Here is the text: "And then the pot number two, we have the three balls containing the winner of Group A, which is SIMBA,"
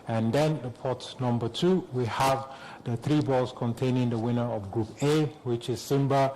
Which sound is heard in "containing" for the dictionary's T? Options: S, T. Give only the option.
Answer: T